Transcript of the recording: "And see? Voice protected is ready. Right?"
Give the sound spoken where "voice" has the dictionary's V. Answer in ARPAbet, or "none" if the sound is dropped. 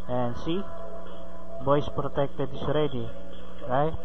B